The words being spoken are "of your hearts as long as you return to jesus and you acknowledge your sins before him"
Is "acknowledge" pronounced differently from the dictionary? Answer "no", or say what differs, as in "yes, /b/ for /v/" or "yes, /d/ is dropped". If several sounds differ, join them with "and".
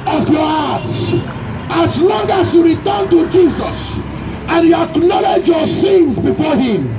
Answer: no